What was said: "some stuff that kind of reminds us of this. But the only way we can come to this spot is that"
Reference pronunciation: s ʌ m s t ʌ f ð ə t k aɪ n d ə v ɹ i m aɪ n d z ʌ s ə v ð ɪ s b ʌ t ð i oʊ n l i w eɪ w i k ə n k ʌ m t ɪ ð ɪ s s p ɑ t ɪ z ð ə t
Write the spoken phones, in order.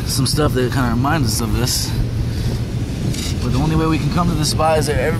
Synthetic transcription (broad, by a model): s ʌ m s t ʌ f ð ə t k aɪ n d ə ɹ i m aɪ n d z ʌ s ə v ð ɪ s b ʌ t ð i oʊ n l i w eɪ w i k n k ʌ m t ɪ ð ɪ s s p ɑ ɪ z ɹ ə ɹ